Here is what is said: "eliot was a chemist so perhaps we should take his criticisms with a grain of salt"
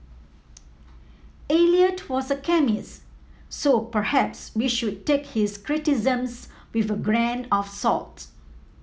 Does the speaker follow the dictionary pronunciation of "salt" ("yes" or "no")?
yes